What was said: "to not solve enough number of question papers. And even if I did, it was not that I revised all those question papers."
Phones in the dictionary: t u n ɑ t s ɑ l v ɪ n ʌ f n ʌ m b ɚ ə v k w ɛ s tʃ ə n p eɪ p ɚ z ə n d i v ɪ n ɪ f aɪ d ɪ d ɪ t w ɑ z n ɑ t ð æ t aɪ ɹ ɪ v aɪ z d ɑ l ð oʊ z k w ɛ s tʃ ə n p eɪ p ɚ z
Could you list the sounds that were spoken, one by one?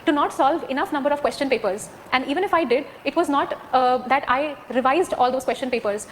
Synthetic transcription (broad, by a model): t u n ɑ t s ɑ l v ɪ n ʌ f n ʌ m b ɚ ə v k w ɛ s tʃ ə n p eɪ p ɚ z ə n d i v ɪ n ɪ f aɪ d ɪ d ɪ t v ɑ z n ɑ t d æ t aɪ ɹ ɪ v aɪ z d ɑ l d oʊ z k w ɛ s tʃ ə n p eɪ p ɚ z